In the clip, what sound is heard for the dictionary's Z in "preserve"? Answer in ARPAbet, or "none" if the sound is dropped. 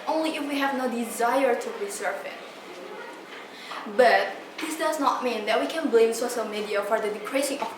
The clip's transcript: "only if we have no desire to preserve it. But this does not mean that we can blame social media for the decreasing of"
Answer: S